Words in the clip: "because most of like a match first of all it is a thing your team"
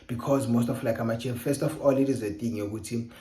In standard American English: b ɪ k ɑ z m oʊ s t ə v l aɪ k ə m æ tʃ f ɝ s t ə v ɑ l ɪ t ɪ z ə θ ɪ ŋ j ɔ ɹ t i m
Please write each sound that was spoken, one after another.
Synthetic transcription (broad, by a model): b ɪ k ɑ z m oʊ s t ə f l aɪ k ə m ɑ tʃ f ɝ s t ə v ɑ l ɪ t ɪ z ə t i ŋ j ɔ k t i